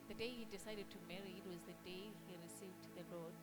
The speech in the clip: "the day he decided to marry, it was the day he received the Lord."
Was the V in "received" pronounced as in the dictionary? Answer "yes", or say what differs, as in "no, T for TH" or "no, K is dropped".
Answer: yes